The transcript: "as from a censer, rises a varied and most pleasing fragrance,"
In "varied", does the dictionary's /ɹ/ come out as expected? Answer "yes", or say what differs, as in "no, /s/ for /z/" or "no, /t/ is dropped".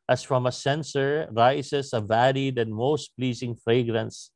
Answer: no, /l/ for /ɹ/